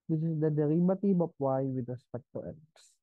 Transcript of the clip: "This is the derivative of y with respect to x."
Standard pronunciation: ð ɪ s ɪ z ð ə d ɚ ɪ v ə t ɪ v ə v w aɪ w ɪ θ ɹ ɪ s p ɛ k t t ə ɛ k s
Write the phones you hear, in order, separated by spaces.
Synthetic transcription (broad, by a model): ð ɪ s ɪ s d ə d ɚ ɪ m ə t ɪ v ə p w aɪ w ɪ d ɹ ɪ s p ɛ k t t ə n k s